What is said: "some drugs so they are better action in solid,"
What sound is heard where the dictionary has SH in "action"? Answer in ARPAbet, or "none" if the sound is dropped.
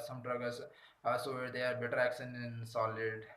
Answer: S